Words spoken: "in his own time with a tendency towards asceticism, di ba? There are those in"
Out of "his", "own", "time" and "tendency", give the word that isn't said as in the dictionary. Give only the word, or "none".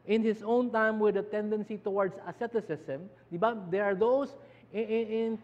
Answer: his